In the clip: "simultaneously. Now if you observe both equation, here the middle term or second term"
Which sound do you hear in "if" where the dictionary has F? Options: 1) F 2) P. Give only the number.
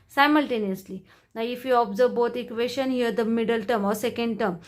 1